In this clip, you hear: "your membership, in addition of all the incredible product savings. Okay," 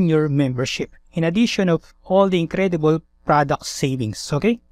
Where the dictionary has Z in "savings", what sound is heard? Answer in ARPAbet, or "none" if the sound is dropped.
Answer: S